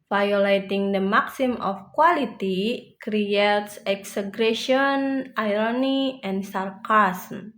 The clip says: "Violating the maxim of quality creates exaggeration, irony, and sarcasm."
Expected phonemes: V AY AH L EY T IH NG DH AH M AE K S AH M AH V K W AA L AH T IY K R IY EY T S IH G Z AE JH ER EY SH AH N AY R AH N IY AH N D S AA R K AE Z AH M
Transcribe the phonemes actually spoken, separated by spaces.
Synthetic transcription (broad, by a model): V AY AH L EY T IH NG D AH M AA K S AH M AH F K W AA L AH T IY K R IY EY T S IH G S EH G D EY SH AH N AY R AH N IY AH N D S AA R K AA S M